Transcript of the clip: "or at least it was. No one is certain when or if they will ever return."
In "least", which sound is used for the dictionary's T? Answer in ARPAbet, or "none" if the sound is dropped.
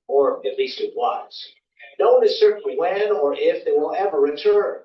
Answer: T